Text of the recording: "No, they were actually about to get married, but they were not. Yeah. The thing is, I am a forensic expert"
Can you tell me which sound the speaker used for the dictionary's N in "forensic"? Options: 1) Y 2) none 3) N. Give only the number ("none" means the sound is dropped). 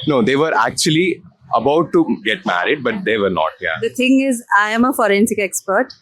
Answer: 3